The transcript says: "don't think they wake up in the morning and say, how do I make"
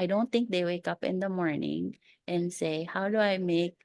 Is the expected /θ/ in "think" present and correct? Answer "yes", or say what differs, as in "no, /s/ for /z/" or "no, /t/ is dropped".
no, /t/ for /θ/